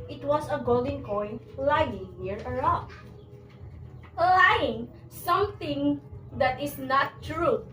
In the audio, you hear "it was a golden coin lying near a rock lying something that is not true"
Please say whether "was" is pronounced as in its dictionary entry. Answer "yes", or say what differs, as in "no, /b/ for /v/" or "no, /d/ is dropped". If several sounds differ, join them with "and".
no, /s/ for /z/